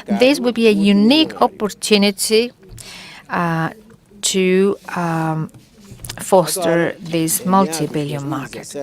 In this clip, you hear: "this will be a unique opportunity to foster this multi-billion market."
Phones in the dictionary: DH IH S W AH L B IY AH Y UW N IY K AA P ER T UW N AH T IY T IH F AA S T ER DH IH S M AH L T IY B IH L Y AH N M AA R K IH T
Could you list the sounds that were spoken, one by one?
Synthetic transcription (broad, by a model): DH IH S W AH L B IY AH Y UW N IY K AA P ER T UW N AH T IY T IH F AA S T ER DH IH S M AH L T IY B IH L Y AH M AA R K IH T